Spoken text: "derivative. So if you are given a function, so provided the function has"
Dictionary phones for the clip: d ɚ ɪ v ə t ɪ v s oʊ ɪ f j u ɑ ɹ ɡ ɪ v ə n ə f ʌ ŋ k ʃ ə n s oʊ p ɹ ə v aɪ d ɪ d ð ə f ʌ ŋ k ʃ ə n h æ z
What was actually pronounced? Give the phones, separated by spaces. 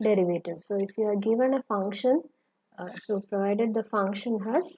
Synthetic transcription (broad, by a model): d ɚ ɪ v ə t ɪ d s oʊ ɪ f j u ɑ ɹ ɡ ɪ v ə n ə f ʌ ŋ k ʃ ə n s oʊ p ɹ ə v aɪ d ɪ d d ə f ʌ ŋ k ʃ ə n h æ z